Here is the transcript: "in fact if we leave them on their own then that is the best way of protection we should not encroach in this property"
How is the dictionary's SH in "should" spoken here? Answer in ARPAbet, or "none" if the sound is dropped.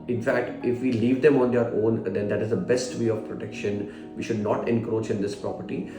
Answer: SH